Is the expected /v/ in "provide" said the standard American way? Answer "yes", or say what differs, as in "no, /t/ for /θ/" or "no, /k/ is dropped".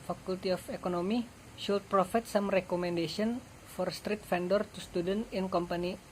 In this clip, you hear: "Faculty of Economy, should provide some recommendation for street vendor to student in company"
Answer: no, /f/ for /v/